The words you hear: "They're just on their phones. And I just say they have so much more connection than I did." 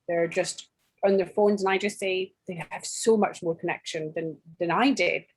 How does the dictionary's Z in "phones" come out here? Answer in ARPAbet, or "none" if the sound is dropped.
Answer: Z